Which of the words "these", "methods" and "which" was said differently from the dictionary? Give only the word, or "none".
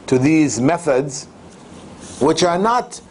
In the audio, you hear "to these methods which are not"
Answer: none